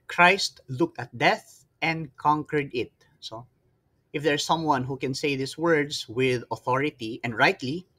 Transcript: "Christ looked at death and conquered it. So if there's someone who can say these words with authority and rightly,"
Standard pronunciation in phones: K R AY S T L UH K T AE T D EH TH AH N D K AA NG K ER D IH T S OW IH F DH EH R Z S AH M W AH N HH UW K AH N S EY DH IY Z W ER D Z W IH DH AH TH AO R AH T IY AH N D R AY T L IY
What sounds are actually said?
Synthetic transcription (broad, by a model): K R AY S T L UH K T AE T D EH TH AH N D K AA NG K ER D IH T S OW IH F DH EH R S AH M W AH N HH UW K AH N S EY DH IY S W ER D S W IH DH AH TH AO R AH T IY AH N D R AY T L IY